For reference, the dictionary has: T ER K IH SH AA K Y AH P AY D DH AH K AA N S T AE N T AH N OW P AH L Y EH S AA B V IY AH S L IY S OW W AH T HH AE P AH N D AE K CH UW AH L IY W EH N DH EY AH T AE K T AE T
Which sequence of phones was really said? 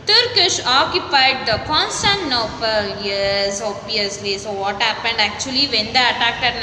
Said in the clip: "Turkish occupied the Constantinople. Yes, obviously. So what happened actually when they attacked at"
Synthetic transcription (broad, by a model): T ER K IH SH AA K Y AH P AY D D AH K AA N S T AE T N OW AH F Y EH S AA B IY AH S L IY S OW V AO T HH AE P AH N D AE K CH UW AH L IY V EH N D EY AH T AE K T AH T